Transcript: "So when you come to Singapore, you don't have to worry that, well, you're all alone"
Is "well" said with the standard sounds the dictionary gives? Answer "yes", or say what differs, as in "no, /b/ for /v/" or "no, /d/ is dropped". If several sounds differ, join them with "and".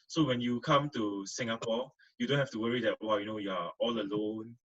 no, /n/ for /l/